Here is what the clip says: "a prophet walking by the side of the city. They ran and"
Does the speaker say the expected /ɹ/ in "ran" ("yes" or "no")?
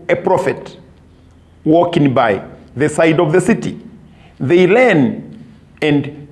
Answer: no